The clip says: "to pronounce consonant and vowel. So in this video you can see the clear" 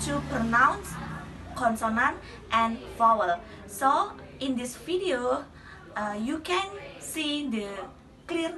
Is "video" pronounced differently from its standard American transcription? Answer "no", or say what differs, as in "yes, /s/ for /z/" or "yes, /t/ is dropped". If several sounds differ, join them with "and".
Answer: yes, /f/ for /v/